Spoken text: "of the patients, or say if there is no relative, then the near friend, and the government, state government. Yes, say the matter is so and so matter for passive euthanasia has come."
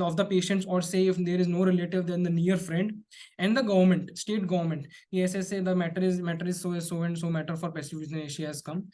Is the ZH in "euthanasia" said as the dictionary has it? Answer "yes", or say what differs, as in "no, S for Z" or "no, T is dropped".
no, SH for ZH